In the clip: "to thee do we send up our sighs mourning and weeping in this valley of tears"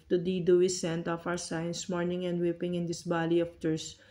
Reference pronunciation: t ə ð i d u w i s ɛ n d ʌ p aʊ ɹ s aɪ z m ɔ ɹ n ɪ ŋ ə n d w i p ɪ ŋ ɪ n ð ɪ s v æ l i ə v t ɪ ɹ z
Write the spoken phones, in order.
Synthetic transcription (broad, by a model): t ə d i d u w i s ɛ n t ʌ f aʊ ɹ s aɪ s m ɔ ɹ n ɪ ŋ ə n d w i p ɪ ŋ ɪ n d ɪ s b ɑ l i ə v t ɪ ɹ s